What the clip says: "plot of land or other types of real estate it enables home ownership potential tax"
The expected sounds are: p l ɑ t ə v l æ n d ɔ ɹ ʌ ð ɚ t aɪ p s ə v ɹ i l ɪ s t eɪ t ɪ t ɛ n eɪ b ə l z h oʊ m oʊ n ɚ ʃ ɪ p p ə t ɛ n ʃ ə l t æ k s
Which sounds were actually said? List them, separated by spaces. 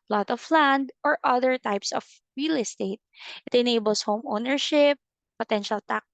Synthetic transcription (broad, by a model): l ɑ t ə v l æ n d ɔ ɹ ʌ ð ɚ t aɪ p s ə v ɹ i l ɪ s t eɪ t ɪ t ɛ n eɪ b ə l s h oʊ m oʊ n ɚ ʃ ɪ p p ə t ɛ n ʃ ə l t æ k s